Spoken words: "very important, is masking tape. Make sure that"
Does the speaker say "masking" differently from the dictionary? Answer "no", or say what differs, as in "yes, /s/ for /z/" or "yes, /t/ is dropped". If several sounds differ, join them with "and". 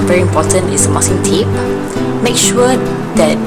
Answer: yes, /k/ is dropped